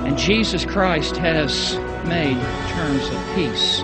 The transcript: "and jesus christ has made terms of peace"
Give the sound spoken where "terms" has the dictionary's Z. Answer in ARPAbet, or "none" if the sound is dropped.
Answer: Z